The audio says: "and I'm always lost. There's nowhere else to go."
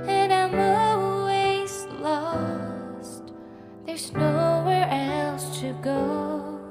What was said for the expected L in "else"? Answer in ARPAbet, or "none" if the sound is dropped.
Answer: L